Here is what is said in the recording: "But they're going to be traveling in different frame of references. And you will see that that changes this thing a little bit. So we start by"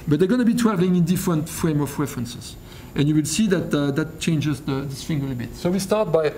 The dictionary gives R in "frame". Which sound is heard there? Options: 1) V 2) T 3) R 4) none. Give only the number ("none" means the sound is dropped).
3